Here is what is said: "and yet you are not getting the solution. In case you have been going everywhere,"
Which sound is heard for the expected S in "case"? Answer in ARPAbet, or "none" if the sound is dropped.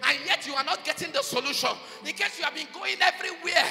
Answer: S